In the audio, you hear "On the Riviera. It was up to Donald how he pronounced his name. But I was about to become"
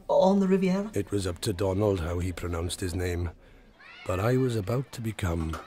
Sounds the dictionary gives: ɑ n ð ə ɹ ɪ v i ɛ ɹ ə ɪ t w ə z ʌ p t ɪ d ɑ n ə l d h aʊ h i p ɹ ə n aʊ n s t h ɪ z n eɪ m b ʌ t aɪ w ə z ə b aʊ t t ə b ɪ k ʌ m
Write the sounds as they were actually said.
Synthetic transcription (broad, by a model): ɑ n ð ə ɹ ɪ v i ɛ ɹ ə ɪ t w ə z ʌ p t ɪ d ɑ n ə l d h aʊ i p ɹ ə n aʊ n s t h ɪ z n eɪ m b ʌ t aɪ w ə z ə b aʊ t t ə b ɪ k ʌ m